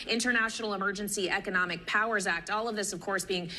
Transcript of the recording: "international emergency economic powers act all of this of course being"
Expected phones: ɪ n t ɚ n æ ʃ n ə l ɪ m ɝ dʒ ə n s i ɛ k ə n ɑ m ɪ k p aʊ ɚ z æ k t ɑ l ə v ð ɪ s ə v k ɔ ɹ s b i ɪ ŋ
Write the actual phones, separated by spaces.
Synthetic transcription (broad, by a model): ɪ n t ɚ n æ ʃ n l ɪ m ɝ dʒ ə n s i ɛ k ə n ɑ m ɪ k p aʊ ɚ z æ k t ɑ l ə v ð ɪ s ə v k ɔ ɹ s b i ɪ ŋ